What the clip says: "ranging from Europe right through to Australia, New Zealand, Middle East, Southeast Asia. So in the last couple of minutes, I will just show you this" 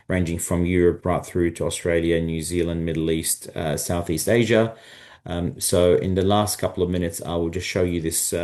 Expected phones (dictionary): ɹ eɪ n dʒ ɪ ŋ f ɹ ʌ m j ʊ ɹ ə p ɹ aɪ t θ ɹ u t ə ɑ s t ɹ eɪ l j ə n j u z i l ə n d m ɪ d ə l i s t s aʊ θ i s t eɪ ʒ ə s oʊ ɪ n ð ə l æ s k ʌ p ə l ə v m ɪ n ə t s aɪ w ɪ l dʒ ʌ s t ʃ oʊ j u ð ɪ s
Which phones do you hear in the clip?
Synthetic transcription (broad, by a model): ɹ eɪ n dʒ ɪ ŋ f ɹ ʌ m j ʊ ɹ ə p ɹ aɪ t θ ɹ u t ə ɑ s t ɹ eɪ l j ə n j u z i l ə n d m ɪ d l i s t s aʊ θ i s t eɪ ʒ ə s oʊ ɪ n ð ə l æ s k ʌ p l ə v m ɪ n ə t s aɪ w ɪ l dʒ ʌ s t ʃ oʊ j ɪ ð ɪ s